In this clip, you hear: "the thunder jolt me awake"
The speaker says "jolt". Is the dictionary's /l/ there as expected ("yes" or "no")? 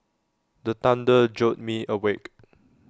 no